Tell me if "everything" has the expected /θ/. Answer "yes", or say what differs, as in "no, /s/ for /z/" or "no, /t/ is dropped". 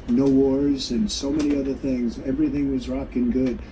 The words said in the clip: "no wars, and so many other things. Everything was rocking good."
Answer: yes